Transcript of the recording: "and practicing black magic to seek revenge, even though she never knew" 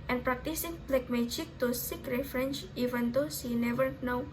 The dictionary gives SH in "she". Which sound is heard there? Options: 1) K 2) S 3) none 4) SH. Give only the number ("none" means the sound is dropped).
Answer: 2